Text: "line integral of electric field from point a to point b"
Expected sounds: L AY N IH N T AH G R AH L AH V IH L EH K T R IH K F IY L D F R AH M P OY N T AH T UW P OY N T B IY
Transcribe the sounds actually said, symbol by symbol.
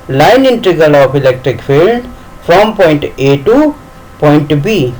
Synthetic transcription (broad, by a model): L AY N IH N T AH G AH L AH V IH L EH K T R IH K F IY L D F R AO M P OY N T AH T UW P OY N T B IY